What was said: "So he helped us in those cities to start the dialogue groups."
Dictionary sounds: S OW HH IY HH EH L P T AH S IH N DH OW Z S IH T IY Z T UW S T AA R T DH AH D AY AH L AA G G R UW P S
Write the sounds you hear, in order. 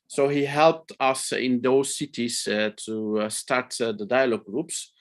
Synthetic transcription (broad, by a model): S OW HH IY HH EH L P T AH S IH N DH OW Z S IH T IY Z T UW S T AA R T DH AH D AY AH L AA G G R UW P S